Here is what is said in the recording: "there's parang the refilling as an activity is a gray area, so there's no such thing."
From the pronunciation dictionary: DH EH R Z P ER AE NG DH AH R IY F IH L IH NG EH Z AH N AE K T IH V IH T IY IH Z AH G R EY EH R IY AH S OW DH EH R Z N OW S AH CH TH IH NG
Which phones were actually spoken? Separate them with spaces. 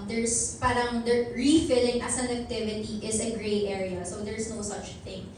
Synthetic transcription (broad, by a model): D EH R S P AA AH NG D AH R IY F IH L IH NG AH S AH N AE K T IH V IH T IY IH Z AH G R EY EH R IY AH S OW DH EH R S N OW S AH CH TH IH NG